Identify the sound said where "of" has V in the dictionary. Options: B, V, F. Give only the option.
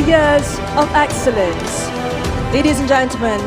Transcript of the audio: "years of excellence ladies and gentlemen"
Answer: V